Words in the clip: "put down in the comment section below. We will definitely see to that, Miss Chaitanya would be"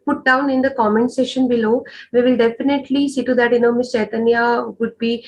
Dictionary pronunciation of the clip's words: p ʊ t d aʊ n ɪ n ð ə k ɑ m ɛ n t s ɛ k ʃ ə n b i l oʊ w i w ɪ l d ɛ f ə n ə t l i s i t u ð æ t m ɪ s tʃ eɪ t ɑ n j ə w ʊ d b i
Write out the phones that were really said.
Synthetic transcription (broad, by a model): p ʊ t d aʊ n ɪ n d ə k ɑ m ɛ n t s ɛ ʃ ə n b i l oʊ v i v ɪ l d ɛ f ə n ə t l i s i t u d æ t m ɪ s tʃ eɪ t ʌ n j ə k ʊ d b i